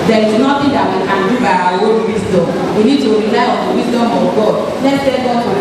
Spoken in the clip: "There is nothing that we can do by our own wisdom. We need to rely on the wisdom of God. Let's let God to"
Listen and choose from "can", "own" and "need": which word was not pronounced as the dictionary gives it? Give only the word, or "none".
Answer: own